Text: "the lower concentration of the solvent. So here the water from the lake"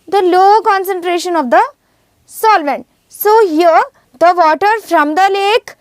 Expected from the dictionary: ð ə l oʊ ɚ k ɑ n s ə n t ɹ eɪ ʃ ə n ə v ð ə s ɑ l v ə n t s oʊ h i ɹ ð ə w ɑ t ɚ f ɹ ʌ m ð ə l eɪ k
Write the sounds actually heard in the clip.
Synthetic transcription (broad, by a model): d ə l oʊ k ɑ n s ə n t ɹ eɪ ʃ ə n ə v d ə s ɑ l v ə n t s oʊ h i ɹ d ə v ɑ t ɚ f ɹ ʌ m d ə l eɪ k